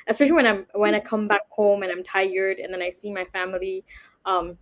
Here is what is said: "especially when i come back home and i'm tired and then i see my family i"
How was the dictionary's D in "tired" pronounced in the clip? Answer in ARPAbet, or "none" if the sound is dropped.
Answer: D